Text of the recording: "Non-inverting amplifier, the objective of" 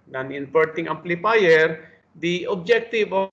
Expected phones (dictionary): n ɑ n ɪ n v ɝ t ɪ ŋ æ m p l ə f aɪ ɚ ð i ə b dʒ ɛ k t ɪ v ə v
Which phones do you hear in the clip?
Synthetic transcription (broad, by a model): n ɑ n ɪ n p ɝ t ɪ ŋ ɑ m p l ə p aɪ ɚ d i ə b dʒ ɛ k t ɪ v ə